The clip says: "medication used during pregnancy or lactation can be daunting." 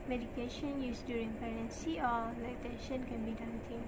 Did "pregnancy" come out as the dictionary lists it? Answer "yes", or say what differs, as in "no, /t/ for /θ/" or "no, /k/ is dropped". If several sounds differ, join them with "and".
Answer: no, /ɹ/ is dropped